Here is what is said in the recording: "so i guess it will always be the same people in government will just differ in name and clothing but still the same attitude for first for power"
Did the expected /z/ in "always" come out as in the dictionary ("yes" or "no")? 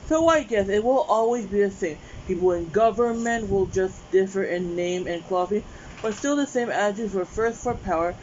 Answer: yes